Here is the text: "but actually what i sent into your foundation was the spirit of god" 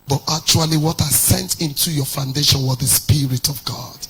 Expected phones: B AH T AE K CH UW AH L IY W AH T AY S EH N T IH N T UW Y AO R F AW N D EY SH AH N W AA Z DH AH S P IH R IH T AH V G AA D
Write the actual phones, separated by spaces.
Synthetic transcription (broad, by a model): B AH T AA K CH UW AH L IY W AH T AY S EH N T IH N T UW Y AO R F AW N D EY SH AH N W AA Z DH AH S P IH R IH T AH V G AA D